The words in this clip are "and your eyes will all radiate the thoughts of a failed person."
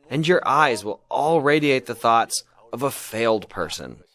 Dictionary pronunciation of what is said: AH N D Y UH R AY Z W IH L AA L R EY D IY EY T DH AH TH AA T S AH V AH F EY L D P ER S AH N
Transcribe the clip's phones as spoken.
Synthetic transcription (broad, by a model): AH N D Y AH R AY Z W IH L AA L R EY D IY EY T DH AH TH AA T S AH V AH F EY L D P ER S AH N